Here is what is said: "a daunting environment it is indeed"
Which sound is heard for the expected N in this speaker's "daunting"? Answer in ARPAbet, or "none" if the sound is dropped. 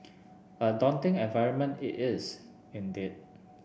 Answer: N